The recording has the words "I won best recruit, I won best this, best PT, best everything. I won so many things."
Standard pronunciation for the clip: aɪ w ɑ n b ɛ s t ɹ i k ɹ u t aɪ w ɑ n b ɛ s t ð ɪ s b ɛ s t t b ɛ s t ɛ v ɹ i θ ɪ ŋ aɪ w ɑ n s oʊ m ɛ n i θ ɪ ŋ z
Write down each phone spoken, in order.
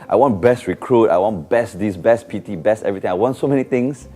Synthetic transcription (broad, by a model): aɪ w ɑ n b ɛ s t ɹ i k ɹ u t aɪ w ɑ n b ɛ s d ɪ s b ɛ s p t b ɛ s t ɛ v ɹ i t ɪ ŋ aɪ w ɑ n s oʊ m ɛ n i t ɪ ŋ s